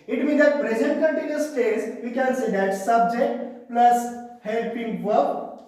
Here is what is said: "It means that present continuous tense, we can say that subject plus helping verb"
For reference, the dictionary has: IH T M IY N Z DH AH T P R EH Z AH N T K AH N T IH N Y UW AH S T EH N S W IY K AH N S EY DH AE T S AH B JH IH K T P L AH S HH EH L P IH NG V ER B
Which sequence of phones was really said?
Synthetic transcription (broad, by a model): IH T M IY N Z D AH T P R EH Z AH N T K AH N T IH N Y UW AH S T EH S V IY K AH N S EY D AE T S AH B JH IH K T P L AH S HH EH L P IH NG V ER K